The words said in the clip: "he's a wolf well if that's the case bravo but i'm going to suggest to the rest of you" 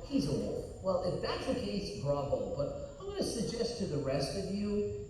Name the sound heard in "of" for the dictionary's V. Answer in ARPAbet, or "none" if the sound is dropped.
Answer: V